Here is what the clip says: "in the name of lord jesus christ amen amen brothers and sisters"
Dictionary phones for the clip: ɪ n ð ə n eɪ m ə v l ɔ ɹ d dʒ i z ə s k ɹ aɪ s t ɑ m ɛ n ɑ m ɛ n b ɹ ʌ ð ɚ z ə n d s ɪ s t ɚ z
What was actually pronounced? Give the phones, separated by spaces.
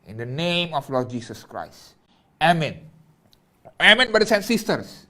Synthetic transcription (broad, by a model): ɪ n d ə n eɪ m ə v l ɔ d dʒ i s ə s k ɹ aɪ s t ɑ m ɛ n ɑ m ɛ n b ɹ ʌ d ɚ s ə n s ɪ s t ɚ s